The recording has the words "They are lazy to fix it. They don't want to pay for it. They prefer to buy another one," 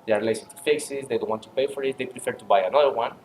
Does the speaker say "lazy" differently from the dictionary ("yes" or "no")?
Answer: yes